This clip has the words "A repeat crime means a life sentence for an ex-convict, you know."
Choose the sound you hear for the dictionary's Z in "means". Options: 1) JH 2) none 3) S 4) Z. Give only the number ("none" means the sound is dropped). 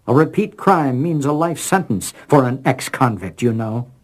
4